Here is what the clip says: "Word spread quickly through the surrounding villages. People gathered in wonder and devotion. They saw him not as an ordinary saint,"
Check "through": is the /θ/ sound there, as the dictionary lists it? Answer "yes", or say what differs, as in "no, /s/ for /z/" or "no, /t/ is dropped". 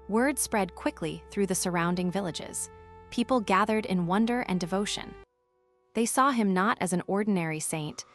yes